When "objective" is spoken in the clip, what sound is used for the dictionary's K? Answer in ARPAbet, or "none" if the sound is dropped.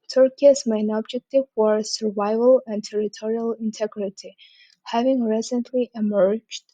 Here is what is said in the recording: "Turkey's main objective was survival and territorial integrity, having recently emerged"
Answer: K